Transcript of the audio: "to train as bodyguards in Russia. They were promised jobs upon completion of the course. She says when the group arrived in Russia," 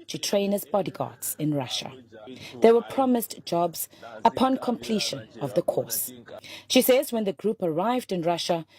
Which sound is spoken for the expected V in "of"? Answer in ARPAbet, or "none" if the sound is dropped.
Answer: V